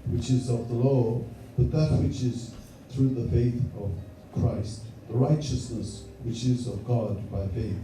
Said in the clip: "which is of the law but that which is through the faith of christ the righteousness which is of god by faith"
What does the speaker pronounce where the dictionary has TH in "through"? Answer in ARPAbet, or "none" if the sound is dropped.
TH